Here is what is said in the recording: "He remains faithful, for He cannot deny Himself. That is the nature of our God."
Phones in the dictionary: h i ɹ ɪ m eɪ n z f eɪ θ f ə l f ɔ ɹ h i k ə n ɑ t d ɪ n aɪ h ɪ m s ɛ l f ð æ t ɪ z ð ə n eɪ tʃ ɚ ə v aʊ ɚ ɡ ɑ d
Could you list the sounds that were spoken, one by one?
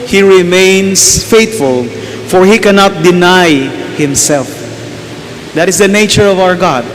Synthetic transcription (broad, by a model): h i ɹ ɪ m eɪ n s f eɪ t f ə l f ɔ ɹ h i k ə n ɑ t d ɪ n aɪ h ɪ m s ɛ l f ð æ t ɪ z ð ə n eɪ tʃ ɚ ə v aʊ ɚ ɡ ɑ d